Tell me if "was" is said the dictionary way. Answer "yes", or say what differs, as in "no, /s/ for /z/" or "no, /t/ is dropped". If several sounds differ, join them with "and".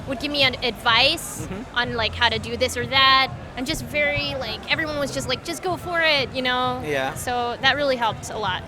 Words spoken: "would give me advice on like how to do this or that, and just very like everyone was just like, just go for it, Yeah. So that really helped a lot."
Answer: yes